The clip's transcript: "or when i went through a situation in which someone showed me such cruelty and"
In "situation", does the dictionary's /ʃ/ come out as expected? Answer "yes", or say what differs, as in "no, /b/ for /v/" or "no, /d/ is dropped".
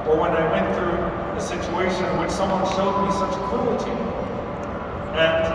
no, /ʃ/ is dropped